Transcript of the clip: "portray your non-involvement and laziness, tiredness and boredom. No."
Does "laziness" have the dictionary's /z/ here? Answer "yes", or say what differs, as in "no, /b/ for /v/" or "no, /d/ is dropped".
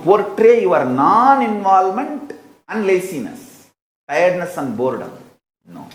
no, /s/ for /z/